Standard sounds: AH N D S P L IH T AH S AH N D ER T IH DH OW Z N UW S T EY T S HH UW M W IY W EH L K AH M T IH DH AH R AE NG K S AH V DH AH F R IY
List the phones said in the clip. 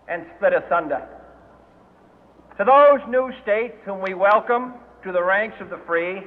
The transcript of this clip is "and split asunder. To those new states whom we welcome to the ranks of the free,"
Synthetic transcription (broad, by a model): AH N S P L IH T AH S AH N D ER T IH DH OW Z N UW S T EY T S HH UW M W IY W EH L K AH M T IH DH AH R AE NG K S AH V DH AH F R IY